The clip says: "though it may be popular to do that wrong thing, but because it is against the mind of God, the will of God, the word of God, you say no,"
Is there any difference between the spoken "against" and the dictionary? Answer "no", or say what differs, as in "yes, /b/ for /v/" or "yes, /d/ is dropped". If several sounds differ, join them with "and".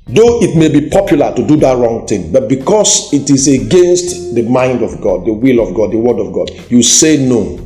no